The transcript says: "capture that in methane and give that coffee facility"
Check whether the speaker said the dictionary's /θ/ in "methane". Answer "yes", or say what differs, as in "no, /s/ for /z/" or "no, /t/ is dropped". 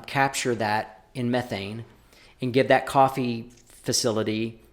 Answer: yes